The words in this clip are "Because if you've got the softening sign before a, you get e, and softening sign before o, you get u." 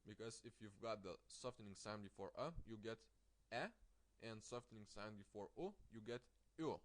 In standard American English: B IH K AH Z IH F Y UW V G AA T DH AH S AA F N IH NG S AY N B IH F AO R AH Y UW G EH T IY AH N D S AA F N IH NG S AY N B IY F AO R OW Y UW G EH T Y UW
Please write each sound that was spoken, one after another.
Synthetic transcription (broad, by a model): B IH K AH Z IH F Y UW V G AA T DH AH S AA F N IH NG S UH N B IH F AO R AH Y UW G EH T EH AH N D S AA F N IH NG S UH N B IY F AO R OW Y UW G EH T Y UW